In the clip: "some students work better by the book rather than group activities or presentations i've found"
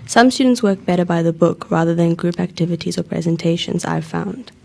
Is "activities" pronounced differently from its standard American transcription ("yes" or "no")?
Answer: no